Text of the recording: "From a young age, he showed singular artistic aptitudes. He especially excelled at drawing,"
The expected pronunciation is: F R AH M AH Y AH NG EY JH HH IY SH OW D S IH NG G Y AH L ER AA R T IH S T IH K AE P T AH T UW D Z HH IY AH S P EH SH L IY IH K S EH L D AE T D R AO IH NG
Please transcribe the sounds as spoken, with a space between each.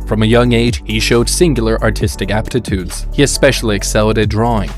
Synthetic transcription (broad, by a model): F R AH M AH Y AH NG EY JH HH IY SH OW D S IH NG G Y L ER AA R T IH S T IH K AE P T AH T UW D Z HH IY AH S P EH SH L IY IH K S EH L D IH D R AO IH NG